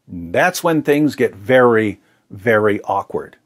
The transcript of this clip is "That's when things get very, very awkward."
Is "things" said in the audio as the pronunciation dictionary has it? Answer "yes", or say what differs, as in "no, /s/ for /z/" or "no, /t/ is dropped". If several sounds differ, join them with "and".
yes